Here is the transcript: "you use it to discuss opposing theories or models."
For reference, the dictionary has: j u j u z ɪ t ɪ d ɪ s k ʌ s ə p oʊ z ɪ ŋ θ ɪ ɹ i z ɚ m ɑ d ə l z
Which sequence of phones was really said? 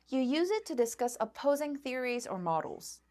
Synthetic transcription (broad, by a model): j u j u z ɪ t ɪ d ɪ s k ʌ s ə p oʊ z ɪ ŋ θ ɪ ɹ i z ɚ m ɑ d l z